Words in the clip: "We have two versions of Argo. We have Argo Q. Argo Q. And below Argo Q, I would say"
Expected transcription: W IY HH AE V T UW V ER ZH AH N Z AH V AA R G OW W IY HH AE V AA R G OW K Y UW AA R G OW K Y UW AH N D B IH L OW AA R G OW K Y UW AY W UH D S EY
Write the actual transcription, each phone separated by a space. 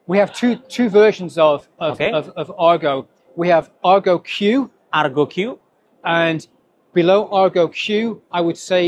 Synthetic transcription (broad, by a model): W IY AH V T UW V ER SH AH N Z AH V AA R G OW W IY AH V AA R G OW K Y UW AA R G OW K Y UW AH N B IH L OW AA R G OW K Y UW AY W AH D S EY